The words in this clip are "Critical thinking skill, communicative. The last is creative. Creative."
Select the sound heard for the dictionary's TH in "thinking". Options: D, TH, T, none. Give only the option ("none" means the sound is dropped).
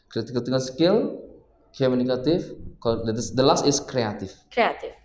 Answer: T